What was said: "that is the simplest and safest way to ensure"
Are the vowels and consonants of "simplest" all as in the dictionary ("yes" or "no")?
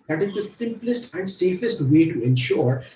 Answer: yes